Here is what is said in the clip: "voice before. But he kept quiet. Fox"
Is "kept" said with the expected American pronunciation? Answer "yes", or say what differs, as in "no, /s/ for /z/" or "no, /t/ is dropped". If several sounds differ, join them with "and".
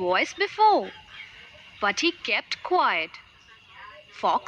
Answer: yes